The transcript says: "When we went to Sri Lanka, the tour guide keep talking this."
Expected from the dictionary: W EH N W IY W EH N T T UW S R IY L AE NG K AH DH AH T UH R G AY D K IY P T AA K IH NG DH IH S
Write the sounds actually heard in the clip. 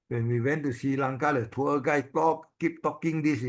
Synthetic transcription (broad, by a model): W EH N W IY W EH N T T UW S IY L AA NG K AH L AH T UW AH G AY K K IY P T AA K IH NG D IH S